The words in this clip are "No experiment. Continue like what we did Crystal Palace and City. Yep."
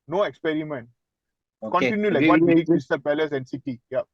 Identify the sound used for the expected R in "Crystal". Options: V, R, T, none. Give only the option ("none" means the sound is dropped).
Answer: none